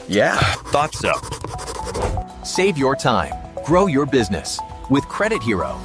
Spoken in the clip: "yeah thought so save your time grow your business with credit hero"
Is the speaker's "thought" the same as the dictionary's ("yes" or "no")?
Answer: yes